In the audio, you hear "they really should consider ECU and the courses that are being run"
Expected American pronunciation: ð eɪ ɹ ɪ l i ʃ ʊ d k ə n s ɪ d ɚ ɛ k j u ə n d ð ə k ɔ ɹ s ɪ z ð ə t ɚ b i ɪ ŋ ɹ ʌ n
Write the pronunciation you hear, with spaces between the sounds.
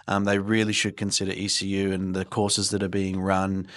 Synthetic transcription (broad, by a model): ð eɪ ɹ ɪ l i ʃ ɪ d k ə n s ɪ d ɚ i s j u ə n ð ə k ɔ ɹ s ɪ z ð ə t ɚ b i ɪ ŋ ɹ ʌ n